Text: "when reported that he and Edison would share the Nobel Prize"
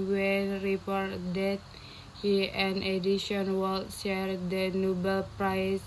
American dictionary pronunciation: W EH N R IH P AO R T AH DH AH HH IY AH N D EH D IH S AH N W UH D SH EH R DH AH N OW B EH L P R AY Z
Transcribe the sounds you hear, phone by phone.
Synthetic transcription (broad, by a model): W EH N R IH P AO R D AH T HH IY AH N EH D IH SH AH N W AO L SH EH R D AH N OW B EH L P R AY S